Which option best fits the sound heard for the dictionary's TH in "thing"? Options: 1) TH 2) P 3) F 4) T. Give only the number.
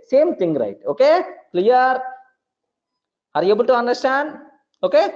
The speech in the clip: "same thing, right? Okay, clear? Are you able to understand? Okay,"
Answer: 4